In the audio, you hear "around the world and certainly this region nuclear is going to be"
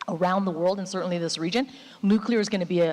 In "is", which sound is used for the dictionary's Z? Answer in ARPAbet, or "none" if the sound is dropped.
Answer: Z